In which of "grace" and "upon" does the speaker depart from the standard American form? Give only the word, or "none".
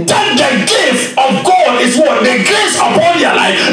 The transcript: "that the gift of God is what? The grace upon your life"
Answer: grace